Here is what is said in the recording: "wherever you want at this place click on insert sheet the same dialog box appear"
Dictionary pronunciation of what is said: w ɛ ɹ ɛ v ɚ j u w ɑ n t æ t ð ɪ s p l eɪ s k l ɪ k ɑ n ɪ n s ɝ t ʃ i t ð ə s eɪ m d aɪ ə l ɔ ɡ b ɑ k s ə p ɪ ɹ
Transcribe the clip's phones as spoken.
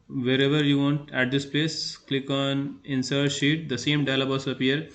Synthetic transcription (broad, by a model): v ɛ ɹ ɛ v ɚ j u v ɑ n t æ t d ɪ s p l eɪ s k l ɪ k ɑ n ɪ n s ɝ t ʃ i t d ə s eɪ m d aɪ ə l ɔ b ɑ s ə p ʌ ɹ